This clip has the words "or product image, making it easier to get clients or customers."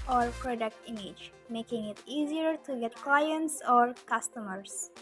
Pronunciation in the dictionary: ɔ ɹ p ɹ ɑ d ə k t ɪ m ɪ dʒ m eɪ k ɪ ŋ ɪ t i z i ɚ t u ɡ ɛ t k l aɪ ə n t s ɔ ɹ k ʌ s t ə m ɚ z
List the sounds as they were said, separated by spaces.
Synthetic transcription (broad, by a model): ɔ ɹ p ɹ ɑ d ə k t ɪ m ɪ dʒ m eɪ k ɪ ŋ ɪ t i z i ɚ t u ɡ ɛ t k l aɪ ə n t s ɔ ɹ k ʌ s t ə m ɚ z